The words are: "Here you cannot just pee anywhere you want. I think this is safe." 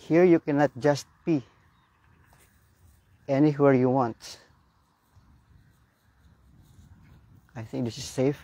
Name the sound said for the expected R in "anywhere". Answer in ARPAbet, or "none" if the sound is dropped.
R